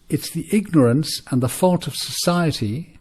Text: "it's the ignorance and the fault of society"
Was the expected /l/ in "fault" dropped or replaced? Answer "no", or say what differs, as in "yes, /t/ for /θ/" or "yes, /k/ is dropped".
no